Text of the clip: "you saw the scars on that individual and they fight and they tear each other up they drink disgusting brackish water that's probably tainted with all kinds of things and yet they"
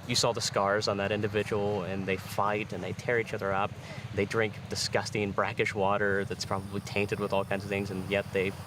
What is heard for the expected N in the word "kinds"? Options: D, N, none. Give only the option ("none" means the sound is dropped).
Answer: N